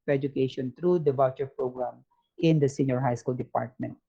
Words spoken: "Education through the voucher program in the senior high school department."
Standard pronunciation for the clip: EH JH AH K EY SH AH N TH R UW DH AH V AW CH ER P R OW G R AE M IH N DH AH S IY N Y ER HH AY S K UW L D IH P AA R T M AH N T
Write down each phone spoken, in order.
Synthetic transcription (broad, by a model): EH JH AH K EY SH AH N T R UW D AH B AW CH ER P R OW G R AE M IH N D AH S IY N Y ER HH AY S K UW L D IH P AA R T M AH N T